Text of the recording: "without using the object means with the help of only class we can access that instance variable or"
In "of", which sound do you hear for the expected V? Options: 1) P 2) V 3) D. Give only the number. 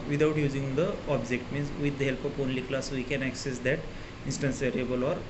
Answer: 1